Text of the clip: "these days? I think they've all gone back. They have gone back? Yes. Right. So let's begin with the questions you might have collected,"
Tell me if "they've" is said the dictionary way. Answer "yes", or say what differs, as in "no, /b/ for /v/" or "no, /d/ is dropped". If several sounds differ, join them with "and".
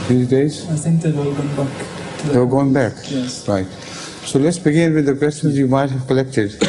no, /v/ is dropped